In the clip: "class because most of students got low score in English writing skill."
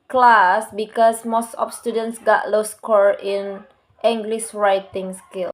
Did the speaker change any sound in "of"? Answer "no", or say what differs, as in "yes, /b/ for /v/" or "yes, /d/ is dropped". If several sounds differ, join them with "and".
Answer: yes, /p/ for /v/